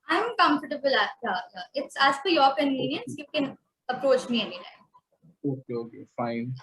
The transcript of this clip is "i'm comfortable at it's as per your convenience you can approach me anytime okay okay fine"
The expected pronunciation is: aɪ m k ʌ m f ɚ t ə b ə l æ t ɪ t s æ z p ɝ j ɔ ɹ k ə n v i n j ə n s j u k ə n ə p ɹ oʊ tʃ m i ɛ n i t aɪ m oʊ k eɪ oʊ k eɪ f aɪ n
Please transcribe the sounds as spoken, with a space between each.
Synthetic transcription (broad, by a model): aɪ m k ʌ m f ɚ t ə b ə l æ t ɪ t s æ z f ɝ j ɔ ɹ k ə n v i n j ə n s j u k ə n ə p ɹ oʊ tʃ m i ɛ n i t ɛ oʊ k eɪ oʊ k eɪ f aɪ n